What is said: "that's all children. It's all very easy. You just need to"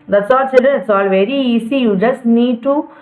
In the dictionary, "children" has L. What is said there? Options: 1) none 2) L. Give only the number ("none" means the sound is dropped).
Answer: 1